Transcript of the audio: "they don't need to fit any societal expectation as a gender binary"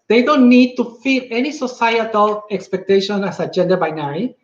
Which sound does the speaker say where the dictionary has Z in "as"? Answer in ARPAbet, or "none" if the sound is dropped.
S